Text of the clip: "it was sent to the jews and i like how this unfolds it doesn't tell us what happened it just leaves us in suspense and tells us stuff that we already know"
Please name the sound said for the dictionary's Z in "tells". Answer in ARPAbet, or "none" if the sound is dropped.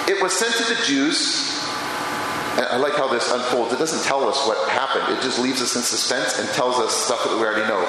Z